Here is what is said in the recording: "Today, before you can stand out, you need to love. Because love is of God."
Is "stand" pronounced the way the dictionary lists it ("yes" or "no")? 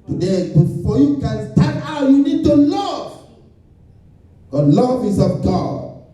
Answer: no